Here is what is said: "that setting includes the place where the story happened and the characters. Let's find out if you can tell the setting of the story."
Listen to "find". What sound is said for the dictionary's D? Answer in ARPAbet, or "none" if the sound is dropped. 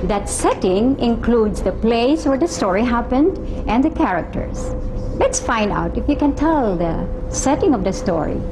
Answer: D